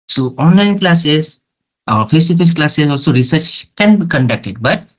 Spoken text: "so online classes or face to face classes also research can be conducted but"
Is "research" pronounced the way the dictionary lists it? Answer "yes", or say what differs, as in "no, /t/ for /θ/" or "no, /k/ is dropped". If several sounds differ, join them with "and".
yes